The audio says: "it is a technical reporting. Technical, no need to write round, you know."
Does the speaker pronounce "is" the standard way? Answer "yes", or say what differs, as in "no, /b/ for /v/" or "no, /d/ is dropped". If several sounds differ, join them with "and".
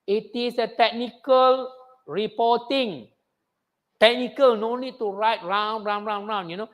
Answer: no, /s/ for /z/